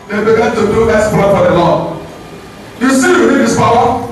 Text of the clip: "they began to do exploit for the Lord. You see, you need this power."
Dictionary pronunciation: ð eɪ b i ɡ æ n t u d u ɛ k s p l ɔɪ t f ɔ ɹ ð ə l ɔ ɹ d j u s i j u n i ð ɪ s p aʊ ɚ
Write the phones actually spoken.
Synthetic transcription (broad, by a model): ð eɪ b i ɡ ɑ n t u d u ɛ s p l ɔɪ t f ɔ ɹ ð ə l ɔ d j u s i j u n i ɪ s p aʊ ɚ